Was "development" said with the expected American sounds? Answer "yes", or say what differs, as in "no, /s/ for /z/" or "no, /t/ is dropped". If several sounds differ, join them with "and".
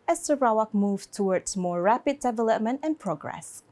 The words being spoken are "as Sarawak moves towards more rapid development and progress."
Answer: yes